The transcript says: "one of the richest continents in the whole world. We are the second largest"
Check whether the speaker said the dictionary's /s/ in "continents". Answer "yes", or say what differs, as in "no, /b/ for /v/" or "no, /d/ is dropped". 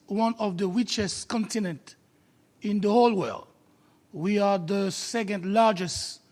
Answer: no, /s/ is dropped